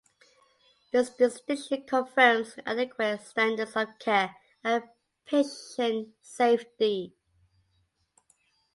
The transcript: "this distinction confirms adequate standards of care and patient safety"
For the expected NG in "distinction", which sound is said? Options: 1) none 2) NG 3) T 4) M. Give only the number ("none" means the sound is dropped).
1